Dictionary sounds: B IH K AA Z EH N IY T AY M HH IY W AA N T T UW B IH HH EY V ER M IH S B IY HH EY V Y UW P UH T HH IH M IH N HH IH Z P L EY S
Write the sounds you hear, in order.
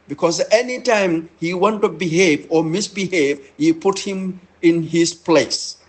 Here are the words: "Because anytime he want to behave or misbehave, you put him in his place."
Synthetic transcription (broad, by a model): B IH K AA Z EH N IY T AY M HH IY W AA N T T UW B IH HH EY V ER M IH S B IY HH EY V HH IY P UH T HH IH M IH N HH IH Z P L EY S